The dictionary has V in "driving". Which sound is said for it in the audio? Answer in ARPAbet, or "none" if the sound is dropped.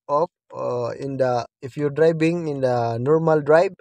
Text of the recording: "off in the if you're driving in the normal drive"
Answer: B